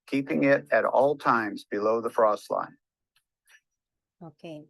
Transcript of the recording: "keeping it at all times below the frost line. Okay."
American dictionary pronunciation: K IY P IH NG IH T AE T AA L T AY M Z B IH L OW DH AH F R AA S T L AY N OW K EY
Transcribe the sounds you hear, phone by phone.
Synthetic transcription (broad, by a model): K IY P IH NG IH T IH T AA L T AY M Z B IH L OW DH AH F R AA S T L AY N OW K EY